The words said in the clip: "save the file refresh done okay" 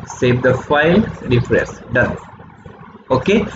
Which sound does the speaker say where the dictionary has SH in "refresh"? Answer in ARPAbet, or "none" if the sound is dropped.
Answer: S